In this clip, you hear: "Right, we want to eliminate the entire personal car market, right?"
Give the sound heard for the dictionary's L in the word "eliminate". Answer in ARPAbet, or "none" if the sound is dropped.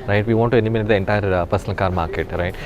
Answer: N